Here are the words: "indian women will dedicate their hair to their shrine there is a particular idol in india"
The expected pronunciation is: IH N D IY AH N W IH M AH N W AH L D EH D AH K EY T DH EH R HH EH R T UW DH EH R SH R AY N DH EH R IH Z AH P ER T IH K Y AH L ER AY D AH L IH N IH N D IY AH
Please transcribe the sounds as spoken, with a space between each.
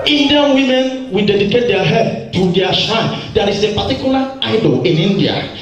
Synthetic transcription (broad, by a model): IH N D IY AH N W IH M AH N W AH D EH D AH K EY T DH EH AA HH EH T UW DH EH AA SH AY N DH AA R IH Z AH P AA T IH K Y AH L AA AY D AH L IH N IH N D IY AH